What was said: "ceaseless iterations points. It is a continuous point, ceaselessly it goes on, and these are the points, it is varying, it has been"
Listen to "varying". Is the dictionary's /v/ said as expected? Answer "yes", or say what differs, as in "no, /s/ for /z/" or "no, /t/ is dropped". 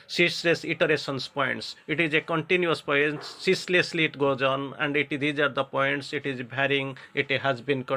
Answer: no, /b/ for /v/